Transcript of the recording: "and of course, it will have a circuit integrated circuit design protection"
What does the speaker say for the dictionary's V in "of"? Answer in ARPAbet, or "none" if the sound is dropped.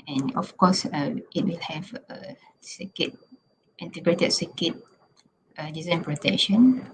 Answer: F